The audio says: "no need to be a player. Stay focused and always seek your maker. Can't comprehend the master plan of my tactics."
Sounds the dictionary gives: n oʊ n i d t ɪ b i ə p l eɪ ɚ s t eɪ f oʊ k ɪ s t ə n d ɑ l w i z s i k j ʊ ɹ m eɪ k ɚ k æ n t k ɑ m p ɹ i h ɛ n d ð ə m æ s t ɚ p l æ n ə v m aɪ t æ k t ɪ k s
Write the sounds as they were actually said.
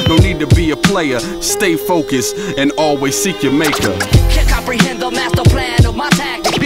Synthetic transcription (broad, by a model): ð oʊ n i d t ɪ b i ə p l eɪ ɚ s t eɪ f oʊ k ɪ s ə n ɑ l w i z s i k j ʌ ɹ m eɪ k ɚ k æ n k ɑ m p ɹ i h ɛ n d ð ə m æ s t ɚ p l æ n ə v m aɪ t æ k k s